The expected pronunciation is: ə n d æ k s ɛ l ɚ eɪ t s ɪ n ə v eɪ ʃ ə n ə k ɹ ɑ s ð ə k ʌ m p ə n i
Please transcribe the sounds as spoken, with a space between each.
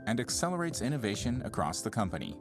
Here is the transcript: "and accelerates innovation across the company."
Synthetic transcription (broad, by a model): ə n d æ k s ɛ l ɚ eɪ t s ɪ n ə v eɪ ʃ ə n ə k ɹ ɑ s ð ə k ʌ m p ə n i